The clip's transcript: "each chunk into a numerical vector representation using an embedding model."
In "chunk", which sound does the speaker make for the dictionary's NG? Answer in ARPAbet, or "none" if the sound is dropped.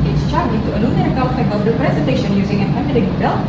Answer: none